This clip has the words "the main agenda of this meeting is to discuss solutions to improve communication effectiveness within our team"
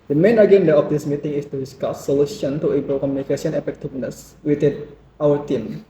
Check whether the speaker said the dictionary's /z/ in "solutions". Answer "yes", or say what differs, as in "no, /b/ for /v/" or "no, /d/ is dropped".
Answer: no, /z/ is dropped